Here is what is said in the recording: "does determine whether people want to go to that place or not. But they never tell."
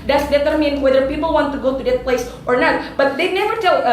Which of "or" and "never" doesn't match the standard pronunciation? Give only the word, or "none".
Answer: none